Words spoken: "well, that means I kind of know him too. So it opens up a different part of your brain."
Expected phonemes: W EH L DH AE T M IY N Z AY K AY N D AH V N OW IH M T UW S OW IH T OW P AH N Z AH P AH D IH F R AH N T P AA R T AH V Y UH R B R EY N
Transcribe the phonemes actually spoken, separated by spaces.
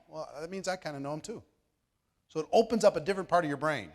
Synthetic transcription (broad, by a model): W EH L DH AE T M IY N Z AY K AY N D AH N OW IH M T UW S OW IH T OW P AH N Z AH P AH D IH F R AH N P AA R T AH V Y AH R B R EY N